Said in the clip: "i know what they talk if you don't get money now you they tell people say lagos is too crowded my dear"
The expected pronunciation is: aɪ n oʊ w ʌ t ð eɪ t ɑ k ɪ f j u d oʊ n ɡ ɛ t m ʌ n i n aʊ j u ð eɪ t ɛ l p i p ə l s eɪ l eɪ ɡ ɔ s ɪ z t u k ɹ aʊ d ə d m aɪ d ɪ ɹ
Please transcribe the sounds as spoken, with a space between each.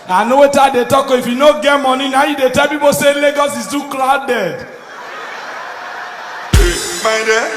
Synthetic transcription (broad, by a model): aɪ n oʊ w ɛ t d eɪ t ɑ k ɪ f j u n oʊ ɡ ɛ t m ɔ n i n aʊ j u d eɪ t ɛ l p i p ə s eɪ l eɪ ɡ ɔ s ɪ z t u k l aʊ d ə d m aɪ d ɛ